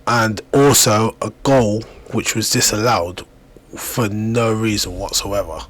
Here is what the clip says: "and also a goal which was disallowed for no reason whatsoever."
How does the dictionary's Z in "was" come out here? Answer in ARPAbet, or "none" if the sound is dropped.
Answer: Z